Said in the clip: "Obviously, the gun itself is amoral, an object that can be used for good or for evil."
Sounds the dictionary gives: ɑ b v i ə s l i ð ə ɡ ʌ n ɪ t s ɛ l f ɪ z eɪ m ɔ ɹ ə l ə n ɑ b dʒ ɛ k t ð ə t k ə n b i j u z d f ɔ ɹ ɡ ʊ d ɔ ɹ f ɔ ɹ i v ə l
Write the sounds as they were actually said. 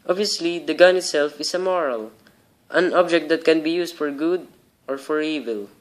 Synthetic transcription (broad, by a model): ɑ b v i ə s l i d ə ɡ ʌ n ɪ t s ɛ l f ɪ s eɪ m ɔ ɹ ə l ə n ɑ b dʒ ɛ k t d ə t k ə n b i j u s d f ɔ ɹ ɡ ʊ d ɔ ɹ f ɔ ɹ i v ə l